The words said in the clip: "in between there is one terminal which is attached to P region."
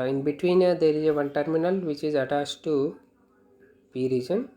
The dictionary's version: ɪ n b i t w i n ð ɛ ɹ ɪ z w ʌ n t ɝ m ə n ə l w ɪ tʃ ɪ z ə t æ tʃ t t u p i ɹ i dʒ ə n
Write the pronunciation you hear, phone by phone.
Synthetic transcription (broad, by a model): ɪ n b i t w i n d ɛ ɹ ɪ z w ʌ n t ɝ m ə n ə l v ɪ tʃ ɪ z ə t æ s t t u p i ɹ i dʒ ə n